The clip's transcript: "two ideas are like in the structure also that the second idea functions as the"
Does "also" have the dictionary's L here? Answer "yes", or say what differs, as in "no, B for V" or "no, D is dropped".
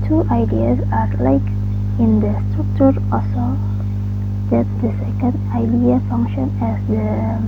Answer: no, L is dropped